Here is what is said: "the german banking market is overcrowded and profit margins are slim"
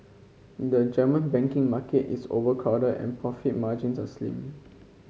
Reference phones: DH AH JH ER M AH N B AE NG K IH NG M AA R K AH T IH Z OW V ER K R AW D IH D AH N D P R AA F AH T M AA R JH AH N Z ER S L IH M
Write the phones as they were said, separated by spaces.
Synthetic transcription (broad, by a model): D AH JH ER M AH N B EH NG K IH NG M AA K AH T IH S OW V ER K AW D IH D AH N P R AA F AH T M AA JH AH N S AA S L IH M